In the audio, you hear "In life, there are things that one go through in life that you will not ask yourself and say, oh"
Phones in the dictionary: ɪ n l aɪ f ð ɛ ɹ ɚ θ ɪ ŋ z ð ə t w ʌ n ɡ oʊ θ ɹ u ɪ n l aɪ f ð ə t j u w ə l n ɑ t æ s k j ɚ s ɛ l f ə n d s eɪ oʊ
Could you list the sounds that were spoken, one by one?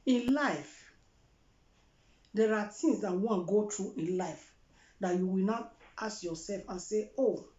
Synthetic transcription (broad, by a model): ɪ n l aɪ f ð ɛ ɹ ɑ t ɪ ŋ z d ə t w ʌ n ɡ oʊ t ɹ u ɪ n l aɪ f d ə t j u w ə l n ɑ t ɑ s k j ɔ s ɛ l f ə n s eɪ oʊ